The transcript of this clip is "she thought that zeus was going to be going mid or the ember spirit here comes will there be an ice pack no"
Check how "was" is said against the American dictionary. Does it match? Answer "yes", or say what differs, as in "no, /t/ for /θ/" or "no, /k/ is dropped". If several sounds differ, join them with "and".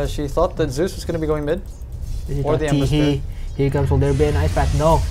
yes